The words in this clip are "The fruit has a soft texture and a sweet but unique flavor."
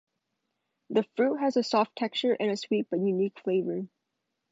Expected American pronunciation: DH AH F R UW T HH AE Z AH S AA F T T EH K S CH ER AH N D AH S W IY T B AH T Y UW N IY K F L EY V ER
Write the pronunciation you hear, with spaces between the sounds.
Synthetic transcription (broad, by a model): DH AH F R UW T HH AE Z AH S AA F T T EH K CH ER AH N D AH S W IY T B AH T Y UW N IY K F L EY V ER